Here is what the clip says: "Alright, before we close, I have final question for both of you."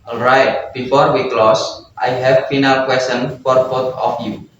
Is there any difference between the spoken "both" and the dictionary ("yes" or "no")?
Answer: yes